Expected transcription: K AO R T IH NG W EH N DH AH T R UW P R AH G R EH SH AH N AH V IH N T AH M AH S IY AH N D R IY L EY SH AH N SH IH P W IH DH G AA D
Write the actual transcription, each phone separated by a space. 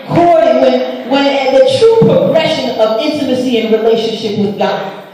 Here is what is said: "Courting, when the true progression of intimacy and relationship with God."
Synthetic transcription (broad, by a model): K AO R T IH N W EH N DH AH T R UW P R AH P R EH SH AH N AH V IH N T AH M AH S IY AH N R IY L EY SH AH N SH IH P W IH DH G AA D